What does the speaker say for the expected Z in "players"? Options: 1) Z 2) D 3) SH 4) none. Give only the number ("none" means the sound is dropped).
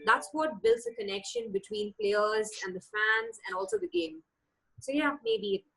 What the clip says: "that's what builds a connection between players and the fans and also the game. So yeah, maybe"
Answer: 1